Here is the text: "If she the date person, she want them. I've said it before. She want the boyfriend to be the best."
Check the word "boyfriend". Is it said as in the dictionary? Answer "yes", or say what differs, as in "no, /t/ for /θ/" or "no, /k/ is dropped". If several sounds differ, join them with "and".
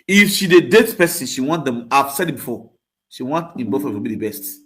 no, /ɹ/ is dropped